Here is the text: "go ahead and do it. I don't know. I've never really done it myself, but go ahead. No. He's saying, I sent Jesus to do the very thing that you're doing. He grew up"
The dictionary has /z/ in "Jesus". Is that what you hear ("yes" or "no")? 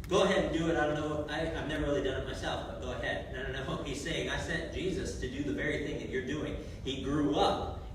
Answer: yes